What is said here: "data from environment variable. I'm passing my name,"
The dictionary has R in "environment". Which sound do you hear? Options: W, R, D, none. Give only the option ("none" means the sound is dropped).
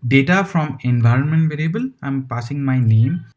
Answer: R